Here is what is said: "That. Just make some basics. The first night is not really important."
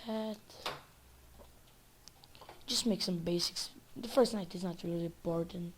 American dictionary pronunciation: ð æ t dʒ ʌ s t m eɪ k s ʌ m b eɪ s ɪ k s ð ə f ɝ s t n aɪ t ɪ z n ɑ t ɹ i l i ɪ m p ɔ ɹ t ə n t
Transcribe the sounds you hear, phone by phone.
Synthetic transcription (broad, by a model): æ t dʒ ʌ s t m eɪ k s ʌ m b eɪ s ɪ k s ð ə f ɝ s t n aɪ t ɪ z n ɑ t ɹ i l i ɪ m p ɔ ɹ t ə n t